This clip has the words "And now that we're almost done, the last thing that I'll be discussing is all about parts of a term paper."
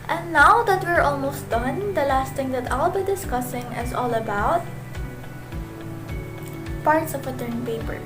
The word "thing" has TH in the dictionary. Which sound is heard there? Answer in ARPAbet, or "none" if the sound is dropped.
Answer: T